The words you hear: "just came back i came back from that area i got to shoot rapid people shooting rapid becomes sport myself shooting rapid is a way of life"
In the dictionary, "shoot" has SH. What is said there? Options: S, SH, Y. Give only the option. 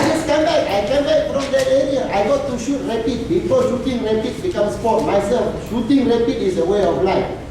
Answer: SH